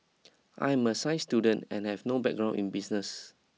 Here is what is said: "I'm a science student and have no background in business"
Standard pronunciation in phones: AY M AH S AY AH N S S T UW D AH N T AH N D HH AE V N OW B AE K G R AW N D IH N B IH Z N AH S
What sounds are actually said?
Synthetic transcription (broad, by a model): AY M AH S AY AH S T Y UW D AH N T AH N HH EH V N OW B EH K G R AW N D IH N B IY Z N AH S